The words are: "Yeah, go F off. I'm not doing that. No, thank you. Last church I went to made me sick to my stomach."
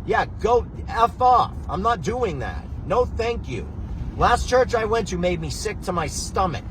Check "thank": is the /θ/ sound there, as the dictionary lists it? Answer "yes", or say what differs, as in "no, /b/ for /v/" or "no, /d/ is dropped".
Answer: yes